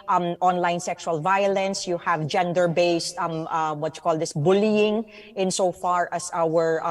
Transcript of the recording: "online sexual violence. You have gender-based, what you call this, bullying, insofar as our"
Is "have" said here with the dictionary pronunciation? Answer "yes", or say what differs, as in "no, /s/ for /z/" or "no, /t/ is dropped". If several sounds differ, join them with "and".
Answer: yes